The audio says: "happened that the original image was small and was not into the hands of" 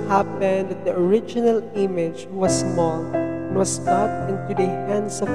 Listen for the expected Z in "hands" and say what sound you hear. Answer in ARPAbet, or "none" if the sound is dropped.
S